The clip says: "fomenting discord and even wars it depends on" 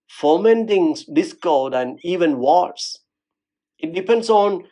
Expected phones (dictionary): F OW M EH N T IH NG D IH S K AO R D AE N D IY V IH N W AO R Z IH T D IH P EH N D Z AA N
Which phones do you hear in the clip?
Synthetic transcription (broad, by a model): F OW M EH N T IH NG D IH S K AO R D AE N D IY V IH N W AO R S IH T D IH P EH N D S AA N